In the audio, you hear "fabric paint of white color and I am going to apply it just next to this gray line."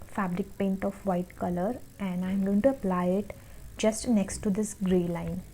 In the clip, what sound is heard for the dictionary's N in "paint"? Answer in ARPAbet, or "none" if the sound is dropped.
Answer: N